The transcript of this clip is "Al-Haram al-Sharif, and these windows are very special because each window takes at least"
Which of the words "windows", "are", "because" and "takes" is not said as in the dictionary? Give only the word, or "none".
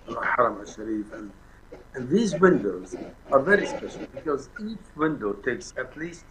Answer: none